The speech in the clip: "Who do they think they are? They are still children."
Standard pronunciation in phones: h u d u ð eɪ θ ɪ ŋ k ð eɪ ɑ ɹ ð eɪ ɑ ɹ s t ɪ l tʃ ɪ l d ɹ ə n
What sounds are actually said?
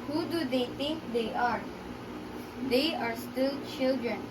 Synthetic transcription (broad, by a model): h u d u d eɪ t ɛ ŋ k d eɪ ɑ ɹ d eɪ ɑ ɹ s t ɪ l tʃ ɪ l d ɹ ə n